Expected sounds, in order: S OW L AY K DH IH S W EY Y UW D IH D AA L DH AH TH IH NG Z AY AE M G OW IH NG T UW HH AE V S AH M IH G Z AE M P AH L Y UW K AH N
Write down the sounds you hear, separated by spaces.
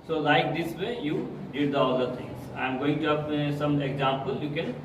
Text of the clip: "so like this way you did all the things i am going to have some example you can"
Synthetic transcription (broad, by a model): S OW L AY K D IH S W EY Y UW D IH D AA L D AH T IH NG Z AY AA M G OW IH NG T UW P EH S AH M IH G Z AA M P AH L Y UW K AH N